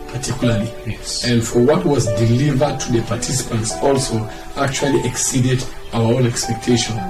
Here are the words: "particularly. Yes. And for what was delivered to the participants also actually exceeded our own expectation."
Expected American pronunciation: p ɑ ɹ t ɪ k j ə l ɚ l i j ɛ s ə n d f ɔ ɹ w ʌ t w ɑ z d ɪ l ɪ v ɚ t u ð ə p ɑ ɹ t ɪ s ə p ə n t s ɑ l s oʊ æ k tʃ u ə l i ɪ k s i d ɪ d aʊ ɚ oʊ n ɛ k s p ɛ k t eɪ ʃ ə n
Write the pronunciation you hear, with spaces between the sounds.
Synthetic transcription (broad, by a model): p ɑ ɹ t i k j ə l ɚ l i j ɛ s ə n d f ɔ ɹ w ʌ t w ɑ z d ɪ l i v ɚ t u ð ə p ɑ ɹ t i s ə p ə n t s ɑ l s oʊ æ k tʃ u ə l i ɪ k s i d ɪ d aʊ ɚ oʊ n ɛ k s p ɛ k t eɪ ʃ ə n